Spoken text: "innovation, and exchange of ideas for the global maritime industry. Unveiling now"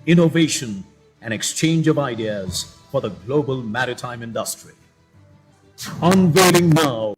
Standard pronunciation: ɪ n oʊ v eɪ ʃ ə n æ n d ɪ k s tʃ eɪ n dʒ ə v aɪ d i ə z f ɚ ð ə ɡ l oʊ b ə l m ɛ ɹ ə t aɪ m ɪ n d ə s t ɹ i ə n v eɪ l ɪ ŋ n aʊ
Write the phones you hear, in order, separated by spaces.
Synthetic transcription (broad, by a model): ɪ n oʊ v eɪ ʃ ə n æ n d ɪ k s tʃ eɪ n dʒ ə v aɪ d i ə z f ɚ ð ə ɡ l oʊ b ə l m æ ɹ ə t aɪ m ɪ n d ə s t ɹ i ə n v eɪ l ɪ ŋ n aʊ